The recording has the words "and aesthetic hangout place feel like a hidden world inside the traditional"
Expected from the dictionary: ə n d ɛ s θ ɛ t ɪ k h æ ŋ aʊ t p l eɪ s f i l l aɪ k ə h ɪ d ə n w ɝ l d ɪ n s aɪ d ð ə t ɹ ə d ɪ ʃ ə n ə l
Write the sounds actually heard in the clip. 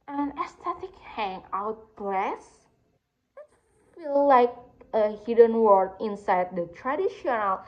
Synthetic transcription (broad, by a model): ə n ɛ s t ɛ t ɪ k h æ ŋ aʊ t b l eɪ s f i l l aɪ k ə h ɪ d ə n w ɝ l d ɪ n s aɪ d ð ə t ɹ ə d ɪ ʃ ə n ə l